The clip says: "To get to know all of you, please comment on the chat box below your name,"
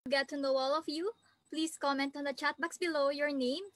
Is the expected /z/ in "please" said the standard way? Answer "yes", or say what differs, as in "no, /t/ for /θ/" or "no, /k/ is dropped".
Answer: no, /s/ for /z/